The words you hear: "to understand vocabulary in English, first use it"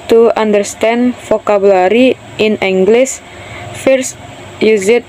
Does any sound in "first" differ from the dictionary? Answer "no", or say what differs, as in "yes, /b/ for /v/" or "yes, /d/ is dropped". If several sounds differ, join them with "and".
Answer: no